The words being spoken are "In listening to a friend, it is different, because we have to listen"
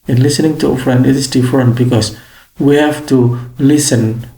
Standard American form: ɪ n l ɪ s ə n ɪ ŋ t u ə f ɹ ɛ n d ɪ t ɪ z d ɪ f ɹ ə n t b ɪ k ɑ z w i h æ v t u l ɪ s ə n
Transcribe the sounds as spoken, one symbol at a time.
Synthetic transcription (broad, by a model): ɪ n l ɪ s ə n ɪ ŋ t u ə f ɹ ɛ n d ɪ t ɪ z d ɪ f ɹ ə n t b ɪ k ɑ s w i h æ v t u l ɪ s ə n